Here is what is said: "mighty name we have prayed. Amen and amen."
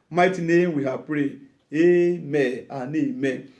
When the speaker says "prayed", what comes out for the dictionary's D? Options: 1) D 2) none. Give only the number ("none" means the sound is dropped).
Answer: 2